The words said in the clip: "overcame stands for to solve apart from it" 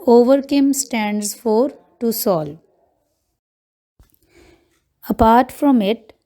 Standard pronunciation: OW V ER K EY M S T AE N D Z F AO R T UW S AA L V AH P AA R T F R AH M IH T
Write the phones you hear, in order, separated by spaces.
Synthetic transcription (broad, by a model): OW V ER K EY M S T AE N D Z F AO R T UW S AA L AH P AA R T F R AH M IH T